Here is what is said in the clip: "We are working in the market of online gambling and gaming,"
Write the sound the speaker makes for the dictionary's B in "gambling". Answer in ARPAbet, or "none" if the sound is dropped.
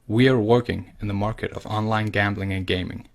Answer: B